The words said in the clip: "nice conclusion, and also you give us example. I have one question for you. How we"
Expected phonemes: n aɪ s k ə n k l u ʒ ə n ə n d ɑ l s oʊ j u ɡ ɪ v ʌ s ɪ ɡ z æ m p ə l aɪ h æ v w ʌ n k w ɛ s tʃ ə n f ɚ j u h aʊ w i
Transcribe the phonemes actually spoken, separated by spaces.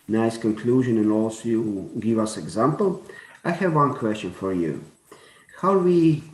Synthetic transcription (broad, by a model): n aɪ s k ə n k l u ʒ ə n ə n ɑ l s oʊ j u ɡ ɪ v ʌ s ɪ ɡ z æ m p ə l aɪ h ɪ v w ʌ n k w ɛ s tʃ ə n f ɚ j u h aʊ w i